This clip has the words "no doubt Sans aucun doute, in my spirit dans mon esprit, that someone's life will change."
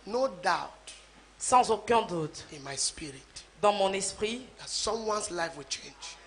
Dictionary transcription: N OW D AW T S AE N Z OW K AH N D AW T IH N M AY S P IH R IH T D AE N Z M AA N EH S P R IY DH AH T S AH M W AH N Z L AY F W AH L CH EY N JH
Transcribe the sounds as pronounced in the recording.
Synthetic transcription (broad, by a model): N OW D AW T S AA Z OW K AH D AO T IH N M AY S P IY R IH T D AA M AA N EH S P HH IY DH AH T S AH M W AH N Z L AY F W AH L CH EY N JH